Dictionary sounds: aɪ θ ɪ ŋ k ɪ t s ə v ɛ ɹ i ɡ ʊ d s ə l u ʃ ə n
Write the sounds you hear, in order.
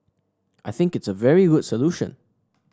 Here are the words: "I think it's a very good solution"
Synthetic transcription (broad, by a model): aɪ θ ɪ ŋ k ɪ t s ə v ɛ ɹ i ɡ ʊ d s ə l u ʃ ə n